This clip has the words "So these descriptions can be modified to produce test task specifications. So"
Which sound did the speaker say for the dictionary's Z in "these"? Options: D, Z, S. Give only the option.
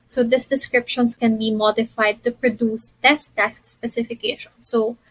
S